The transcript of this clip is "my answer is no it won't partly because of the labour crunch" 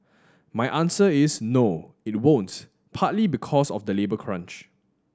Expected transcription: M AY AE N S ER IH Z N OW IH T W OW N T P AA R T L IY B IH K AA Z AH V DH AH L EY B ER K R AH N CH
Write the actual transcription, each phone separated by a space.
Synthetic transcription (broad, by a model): M AY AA N S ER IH S N OW IH T W OW N T P AA T L IY B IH K AA S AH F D AH L EY B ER K R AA N CH